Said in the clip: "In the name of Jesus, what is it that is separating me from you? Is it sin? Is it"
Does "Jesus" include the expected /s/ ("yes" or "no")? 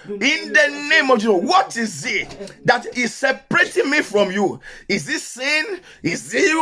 no